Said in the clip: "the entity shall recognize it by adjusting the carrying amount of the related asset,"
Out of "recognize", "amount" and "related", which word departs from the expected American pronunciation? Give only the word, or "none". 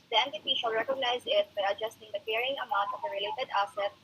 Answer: none